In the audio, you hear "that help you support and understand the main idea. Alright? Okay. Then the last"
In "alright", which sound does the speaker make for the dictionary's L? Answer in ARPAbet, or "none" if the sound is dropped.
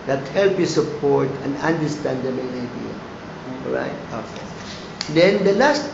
none